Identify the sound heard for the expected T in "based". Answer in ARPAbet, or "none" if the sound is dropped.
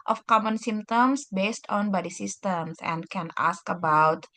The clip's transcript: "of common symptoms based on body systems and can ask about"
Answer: T